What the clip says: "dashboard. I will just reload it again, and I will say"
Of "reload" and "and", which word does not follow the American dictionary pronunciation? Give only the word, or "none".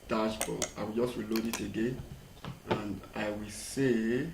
reload